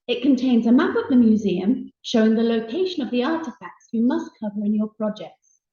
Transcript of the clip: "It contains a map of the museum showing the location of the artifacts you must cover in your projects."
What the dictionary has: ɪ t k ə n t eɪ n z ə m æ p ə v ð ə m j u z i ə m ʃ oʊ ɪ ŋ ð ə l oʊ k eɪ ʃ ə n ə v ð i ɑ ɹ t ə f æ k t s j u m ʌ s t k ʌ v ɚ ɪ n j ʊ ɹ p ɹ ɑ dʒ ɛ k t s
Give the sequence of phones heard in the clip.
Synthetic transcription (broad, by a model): ɪ t k ə n t eɪ n z ə m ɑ p ə v ð ə m j u z i ə m ʃ oʊ ɪ ŋ ð ə l oʊ k eɪ ʃ ə n ə v ð i ɑ t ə f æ k t s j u m ʌ s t k ʌ v ɚ ɪ n j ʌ p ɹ ɑ dʒ ɛ k t s